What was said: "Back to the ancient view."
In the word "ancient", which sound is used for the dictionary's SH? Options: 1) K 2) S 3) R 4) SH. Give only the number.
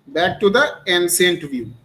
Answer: 2